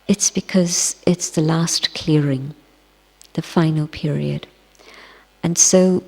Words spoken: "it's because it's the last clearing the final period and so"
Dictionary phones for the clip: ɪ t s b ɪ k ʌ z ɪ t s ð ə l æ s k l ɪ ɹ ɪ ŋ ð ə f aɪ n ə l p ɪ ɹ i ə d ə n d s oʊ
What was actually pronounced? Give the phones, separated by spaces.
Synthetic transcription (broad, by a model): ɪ t s b ɪ k ʌ z ɪ t s ð ə l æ s k l ɪ ɹ ɪ ŋ ð ə f aɪ n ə l p ɪ ɹ i ə d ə n s oʊ